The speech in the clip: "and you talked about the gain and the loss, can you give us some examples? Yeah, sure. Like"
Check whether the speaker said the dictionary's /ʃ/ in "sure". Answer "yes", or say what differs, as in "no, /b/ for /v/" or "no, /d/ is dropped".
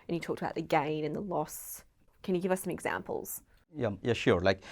yes